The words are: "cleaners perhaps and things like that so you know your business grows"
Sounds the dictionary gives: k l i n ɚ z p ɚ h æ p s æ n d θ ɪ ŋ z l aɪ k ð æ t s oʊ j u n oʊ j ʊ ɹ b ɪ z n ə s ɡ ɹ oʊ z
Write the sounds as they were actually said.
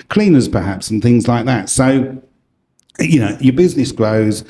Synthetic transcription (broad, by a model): k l i n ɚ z p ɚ h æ p s n θ ɪ ŋ z l aɪ k ð æ t s oʊ j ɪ n oʊ j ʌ b ɪ z n ə s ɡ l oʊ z